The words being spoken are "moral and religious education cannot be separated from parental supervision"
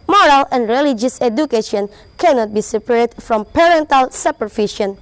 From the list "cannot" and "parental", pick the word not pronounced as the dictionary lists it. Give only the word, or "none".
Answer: none